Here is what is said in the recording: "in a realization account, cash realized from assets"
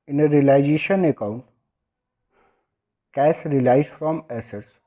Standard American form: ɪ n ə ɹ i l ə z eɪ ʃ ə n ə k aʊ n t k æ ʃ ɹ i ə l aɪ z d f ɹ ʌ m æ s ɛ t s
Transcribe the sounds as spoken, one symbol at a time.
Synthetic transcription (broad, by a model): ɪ n ə ɹ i l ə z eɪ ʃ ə n ə k aʊ n t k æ s ɹ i l aɪ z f ɹ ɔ m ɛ s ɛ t s